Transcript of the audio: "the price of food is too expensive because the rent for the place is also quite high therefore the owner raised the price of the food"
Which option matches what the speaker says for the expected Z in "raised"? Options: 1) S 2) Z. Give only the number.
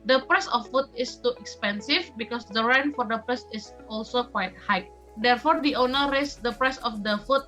1